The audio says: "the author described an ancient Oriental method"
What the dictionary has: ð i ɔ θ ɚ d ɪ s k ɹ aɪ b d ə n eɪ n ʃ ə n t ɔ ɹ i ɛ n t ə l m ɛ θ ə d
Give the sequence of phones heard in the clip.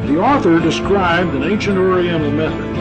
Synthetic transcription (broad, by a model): ð i ɔ θ ɚ d ɪ s k ɹ aɪ b d ə n eɪ n ʃ ə n t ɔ ɹ i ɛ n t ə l m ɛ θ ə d